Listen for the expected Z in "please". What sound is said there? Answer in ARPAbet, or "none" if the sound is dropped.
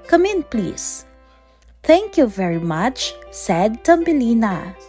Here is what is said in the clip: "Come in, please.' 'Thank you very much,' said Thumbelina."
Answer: S